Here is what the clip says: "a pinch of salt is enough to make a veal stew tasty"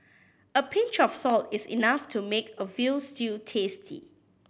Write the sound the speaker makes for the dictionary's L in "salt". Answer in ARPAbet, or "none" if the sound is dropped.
L